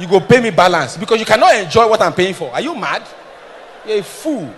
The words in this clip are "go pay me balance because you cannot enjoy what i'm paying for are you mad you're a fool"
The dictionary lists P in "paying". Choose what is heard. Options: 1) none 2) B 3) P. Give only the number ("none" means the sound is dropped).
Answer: 3